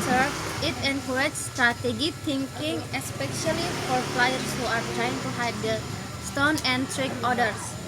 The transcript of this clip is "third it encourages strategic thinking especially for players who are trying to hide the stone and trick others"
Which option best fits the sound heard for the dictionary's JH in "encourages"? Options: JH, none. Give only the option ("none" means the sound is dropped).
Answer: none